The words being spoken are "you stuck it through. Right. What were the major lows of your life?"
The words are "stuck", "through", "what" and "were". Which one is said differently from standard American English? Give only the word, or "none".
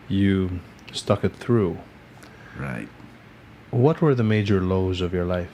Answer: none